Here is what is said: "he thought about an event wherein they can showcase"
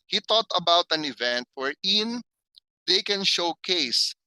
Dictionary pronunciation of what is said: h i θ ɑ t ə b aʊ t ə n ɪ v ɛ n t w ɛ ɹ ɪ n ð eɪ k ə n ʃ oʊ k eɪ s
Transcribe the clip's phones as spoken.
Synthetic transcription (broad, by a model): h i t ɑ t ə b aʊ t ə n ɪ v ɛ n t w ɛ ɹ ɪ n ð eɪ k ə n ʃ oʊ k eɪ s